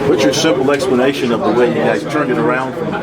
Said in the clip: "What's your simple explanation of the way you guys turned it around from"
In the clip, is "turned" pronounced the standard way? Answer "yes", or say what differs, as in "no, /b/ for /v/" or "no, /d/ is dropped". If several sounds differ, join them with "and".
no, /d/ is dropped